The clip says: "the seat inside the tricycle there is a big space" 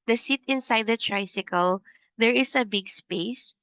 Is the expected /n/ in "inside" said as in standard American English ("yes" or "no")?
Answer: yes